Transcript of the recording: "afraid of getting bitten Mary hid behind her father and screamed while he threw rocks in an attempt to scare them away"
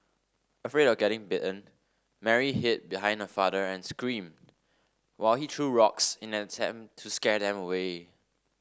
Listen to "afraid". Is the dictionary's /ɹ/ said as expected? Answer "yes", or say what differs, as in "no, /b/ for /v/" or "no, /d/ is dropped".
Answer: yes